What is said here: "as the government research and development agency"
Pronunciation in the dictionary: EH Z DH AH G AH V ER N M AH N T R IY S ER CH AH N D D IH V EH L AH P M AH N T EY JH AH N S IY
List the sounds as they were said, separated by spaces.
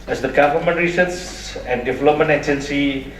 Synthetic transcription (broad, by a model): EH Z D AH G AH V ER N M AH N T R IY S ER S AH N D D IH V EH L AH P M AH N T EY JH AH N S IY